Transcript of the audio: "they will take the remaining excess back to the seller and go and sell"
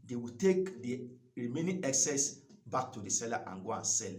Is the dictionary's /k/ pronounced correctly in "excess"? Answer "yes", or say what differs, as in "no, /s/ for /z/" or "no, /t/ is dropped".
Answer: yes